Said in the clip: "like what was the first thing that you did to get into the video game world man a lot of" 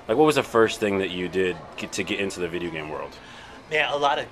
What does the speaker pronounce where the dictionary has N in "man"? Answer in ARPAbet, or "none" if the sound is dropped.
none